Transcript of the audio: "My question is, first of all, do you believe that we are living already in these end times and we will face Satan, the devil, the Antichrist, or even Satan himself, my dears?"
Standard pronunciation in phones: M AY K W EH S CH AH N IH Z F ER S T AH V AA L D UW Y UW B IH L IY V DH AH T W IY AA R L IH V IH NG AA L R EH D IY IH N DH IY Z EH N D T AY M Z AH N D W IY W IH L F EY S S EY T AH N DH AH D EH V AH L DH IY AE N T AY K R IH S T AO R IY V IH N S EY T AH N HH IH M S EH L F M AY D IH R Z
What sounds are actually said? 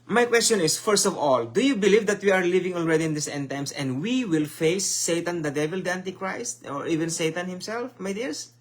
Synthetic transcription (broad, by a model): M AY K W EH S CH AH N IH S F ER S T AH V AA L D UW Y UW B IH L IY V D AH T W IY AA R L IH V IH NG AA L R EH D IY IH N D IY S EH N T AY M S AH N D W IY W IH L F EY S S EY T AH N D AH D EH V AH L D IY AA N T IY K R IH S T AO R IY V IH N S EY T AH N HH IH M S EH L F M AY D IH R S